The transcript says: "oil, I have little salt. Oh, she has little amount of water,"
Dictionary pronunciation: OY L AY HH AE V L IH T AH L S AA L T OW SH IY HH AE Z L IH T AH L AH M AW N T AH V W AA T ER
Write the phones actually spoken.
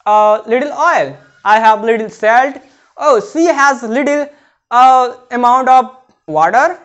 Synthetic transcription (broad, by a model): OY L AY HH AE V L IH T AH L S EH L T OW S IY HH AE Z L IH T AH L AH M AW N T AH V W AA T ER